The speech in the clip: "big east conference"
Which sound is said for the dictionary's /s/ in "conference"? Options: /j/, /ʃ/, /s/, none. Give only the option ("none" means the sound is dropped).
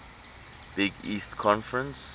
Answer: /s/